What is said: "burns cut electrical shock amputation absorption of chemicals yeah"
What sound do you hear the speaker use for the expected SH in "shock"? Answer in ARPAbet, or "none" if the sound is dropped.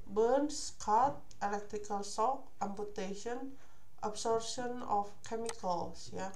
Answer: S